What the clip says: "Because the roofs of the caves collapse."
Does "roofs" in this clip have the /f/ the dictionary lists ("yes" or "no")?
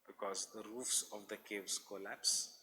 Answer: yes